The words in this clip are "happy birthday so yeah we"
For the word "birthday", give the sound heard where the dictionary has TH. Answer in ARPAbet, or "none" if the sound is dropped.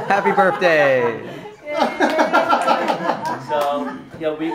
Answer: TH